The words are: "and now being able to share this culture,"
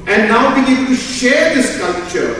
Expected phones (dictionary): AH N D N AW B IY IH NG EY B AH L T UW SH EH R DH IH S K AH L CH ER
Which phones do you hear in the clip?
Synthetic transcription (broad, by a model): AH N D N AW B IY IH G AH N T UW SH EH R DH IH S K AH L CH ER